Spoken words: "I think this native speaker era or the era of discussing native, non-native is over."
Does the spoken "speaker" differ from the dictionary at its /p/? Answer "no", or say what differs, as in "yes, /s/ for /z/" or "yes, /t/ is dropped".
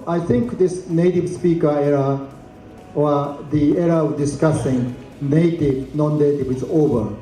no